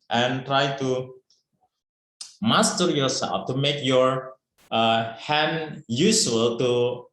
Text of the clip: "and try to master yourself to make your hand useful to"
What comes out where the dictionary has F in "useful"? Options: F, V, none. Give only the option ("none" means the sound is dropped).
none